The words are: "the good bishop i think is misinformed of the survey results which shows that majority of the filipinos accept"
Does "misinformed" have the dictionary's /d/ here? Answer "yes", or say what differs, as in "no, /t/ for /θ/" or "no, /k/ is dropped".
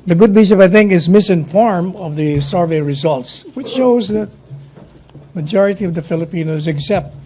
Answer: no, /d/ is dropped